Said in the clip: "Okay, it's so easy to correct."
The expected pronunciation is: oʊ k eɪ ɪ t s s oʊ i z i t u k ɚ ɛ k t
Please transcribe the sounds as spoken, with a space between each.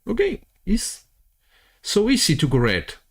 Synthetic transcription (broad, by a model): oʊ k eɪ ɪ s s oʊ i s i t u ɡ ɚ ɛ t